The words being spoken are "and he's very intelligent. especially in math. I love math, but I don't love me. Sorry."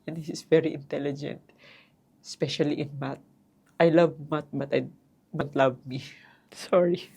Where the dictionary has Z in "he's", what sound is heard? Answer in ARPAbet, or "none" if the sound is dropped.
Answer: S